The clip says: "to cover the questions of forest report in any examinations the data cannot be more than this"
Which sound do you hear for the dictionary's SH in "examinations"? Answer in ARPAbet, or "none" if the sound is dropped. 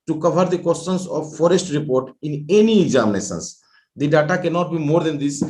S